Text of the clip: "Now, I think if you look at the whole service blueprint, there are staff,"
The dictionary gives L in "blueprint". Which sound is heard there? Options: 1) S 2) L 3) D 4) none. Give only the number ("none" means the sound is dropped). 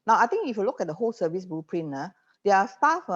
4